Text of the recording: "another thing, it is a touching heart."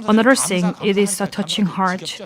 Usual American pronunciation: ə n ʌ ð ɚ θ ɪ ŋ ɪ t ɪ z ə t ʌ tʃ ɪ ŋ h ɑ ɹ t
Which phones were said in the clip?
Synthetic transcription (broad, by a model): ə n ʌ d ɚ s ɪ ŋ ɪ t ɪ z ə t ʌ tʃ ɪ ŋ h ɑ ɹ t